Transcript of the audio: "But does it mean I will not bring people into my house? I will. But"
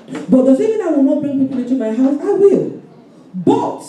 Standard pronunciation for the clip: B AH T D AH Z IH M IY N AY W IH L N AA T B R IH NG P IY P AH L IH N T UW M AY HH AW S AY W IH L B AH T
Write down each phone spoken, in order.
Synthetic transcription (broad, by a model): B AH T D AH S IH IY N AY W IH L N AA T B R IH NG P IY P AH L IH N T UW M AY HH AW S AY W IH L B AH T